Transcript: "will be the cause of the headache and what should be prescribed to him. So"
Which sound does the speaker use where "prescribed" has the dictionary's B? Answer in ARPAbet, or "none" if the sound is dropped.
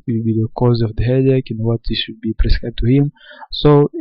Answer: none